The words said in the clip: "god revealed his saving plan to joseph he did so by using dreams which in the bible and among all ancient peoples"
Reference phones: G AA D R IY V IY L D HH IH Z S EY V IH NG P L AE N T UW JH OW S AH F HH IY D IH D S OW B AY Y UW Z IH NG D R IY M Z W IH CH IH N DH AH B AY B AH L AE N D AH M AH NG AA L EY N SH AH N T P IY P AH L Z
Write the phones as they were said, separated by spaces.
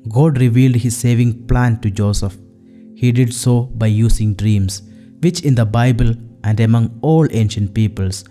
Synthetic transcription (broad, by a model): G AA D R IY V IY L D HH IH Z S EY V IH NG P L AE N T UW JH OW S AH F HH IY D IH D S OW B AY Y UW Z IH NG D R IY M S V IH CH IH N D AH B AY B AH L AE N D AH M AH NG AA L EY N SH AH N T P IY P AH L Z